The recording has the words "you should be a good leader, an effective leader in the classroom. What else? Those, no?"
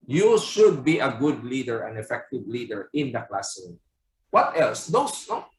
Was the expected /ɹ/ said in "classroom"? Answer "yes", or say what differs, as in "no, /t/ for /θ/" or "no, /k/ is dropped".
no, /ɹ/ is dropped